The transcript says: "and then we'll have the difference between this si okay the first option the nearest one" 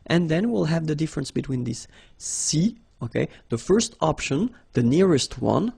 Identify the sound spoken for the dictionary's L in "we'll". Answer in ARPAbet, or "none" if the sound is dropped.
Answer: L